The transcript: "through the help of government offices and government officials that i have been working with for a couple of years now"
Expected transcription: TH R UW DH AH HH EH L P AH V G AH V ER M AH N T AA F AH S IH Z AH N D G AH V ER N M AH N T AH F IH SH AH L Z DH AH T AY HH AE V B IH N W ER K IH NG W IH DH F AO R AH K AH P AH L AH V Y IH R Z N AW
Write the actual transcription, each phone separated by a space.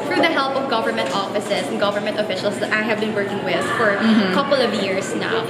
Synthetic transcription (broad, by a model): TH R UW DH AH HH EH L P AH V G AH V ER M AH N T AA F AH S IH S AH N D G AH V ER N M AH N T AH F IH SH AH L S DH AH T AY HH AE V B IH N W ER K IH NG W IH DH F AO R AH K AH P AH L AH V Y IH R S N AW